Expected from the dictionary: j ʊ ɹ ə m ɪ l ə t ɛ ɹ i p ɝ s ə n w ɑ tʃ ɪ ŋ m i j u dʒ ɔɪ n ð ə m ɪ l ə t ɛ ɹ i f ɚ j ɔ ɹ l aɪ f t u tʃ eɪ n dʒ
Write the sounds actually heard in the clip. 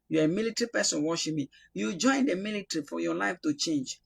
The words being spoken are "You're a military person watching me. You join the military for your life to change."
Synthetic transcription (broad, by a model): j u ə m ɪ l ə t ɹ i p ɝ s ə n w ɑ ʃ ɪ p m i j u dʒ ɔɪ n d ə m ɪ l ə t ɹ i f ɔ j ɔ l aɪ f t u tʃ eɪ n dʒ